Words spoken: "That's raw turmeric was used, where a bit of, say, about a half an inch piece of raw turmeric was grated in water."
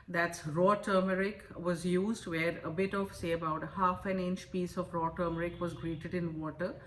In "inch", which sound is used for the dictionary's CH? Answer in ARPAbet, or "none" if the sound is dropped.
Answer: CH